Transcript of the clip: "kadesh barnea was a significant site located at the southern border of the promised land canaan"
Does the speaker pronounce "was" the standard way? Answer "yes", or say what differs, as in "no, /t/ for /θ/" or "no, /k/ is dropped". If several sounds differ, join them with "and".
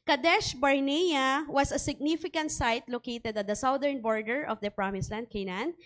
no, /s/ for /z/